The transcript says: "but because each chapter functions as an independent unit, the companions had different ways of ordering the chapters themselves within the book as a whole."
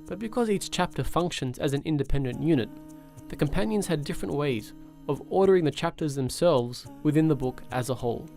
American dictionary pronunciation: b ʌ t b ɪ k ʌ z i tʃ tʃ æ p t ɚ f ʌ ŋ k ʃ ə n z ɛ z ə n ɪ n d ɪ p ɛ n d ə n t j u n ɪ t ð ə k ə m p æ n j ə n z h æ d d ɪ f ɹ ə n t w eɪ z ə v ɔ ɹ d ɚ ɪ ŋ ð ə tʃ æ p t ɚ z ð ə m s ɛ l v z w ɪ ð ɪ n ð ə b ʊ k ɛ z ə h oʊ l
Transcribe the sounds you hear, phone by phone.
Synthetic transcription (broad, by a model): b ʌ t b ɪ k ʌ z i tʃ tʃ æ p t ɚ f ʌ ŋ k ʃ ə n z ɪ z n ɪ n d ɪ p ɛ n d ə n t j u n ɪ t ð ə k ə m p æ n j ə n z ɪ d d ɪ f ɹ ə n t w eɪ z ə v ɔ ɹ d ɚ ɪ ŋ ð ə tʃ æ p t ɚ z ð ə m s ɛ l v z w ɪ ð ɪ n ð ə b ʊ k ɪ z ə h oʊ l